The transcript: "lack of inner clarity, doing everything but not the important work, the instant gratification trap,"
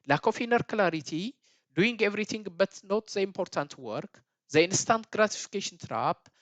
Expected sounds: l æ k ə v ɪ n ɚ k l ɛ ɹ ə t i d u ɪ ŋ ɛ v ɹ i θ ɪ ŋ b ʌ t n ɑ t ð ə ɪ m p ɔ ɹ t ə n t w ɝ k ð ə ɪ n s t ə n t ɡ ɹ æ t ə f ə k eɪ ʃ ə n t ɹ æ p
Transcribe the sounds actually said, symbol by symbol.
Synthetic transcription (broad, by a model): l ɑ k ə f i n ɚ k l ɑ ɹ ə t i d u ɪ ŋ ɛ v ɹ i t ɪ ŋ b ʌ t n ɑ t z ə ɪ m p ɔ ɹ t ə n t w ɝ k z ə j n s t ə n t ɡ ɹ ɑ t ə f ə k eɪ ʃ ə n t ɹ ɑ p